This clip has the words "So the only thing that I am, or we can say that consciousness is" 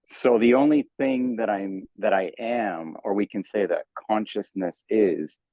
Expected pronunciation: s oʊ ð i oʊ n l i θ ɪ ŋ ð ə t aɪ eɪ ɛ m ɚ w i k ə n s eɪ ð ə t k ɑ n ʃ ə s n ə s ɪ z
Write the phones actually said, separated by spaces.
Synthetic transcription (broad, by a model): s oʊ ð i oʊ n l i θ ɪ ŋ ð ə t aɪ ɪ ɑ m ɚ w i k ə n s eɪ ð ə t k ɑ n ʃ ə s n ə s ɪ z